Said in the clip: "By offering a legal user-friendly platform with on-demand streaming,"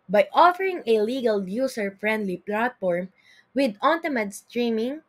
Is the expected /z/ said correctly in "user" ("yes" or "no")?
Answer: no